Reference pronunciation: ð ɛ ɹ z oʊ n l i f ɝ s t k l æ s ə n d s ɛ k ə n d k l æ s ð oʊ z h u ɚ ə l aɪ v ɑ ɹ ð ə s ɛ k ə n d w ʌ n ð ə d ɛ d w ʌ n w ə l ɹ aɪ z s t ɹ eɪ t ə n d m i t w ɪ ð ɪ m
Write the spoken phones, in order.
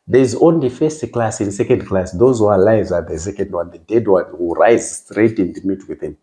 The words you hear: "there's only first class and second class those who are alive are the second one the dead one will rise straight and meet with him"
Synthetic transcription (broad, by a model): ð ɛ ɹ z oʊ n l i f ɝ s t k l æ s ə n s ɛ k ə n d k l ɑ s ð oʊ z h u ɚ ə l aɪ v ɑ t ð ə s ɛ k ə n d w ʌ n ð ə d ɛ d w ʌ n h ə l ɹ aɪ z s t ɹ eɪ t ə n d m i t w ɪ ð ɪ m